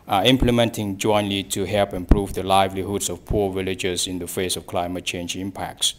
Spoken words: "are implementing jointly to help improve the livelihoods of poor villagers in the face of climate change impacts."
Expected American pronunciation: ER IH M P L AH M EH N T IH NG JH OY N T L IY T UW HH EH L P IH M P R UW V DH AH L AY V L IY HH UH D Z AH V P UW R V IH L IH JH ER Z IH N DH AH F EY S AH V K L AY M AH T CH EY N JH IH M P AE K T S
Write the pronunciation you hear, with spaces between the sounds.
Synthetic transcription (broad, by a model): IH M P L AH M EH N T IH NG JH OY N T L IY T UW HH EH L P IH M P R UW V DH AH L AY V L IY HH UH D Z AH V P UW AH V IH L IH JH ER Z IH N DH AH F EY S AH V K L AY M AH T CH EY N JH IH M P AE K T S